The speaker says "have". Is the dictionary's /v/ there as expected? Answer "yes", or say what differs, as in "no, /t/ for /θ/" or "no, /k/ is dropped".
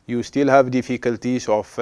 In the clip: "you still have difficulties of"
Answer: yes